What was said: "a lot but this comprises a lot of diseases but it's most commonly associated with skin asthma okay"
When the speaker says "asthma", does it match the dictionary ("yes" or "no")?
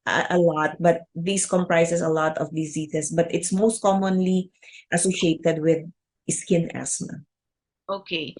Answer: no